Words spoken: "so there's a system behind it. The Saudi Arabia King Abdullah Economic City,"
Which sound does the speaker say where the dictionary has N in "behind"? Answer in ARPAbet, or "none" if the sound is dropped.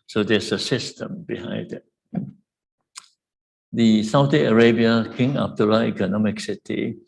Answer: none